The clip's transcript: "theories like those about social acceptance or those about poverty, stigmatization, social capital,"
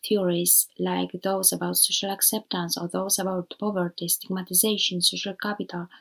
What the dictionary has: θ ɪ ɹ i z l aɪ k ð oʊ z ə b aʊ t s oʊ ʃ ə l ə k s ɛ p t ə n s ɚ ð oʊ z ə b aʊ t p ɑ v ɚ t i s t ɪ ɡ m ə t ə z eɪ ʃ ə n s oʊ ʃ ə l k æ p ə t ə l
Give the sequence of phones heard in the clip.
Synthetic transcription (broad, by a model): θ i ɹ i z l aɪ k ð oʊ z ə b aʊ t s oʊ ʃ ə l ə k s ɛ p t ə n s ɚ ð oʊ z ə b aʊ t p ɑ v ɚ t i s t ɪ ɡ m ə t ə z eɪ ʃ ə n s oʊ ʃ ə l k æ p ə t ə l